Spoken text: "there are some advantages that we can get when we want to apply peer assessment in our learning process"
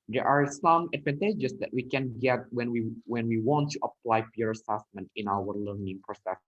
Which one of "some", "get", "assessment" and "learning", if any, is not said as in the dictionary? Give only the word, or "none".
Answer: none